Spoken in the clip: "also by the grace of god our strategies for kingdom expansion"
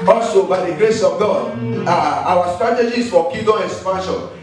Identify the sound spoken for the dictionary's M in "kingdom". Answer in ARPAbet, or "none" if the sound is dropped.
none